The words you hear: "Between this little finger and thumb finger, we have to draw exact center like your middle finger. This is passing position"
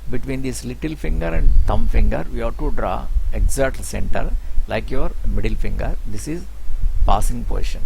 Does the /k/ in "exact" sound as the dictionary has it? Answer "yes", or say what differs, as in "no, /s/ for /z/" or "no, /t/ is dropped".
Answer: no, /k/ is dropped